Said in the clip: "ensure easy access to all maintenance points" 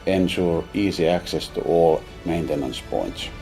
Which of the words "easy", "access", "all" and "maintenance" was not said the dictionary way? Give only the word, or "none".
easy